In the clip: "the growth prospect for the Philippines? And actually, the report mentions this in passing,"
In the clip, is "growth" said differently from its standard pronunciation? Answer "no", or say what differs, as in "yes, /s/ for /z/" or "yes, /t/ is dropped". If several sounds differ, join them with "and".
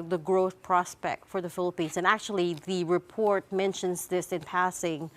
no